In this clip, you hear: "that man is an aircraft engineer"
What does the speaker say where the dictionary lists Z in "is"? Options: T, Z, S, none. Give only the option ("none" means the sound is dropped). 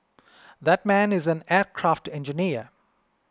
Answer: Z